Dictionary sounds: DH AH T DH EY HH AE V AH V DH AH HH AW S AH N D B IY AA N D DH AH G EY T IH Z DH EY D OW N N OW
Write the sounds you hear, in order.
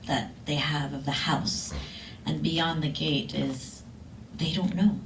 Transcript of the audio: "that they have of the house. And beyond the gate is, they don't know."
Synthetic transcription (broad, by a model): DH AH T DH EY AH V AH V DH AH HH AW S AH N B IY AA N DH AH G EY T IH Z DH EY D OW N N OW